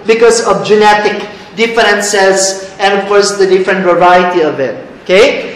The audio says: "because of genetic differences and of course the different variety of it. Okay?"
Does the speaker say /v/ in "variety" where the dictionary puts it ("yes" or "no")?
yes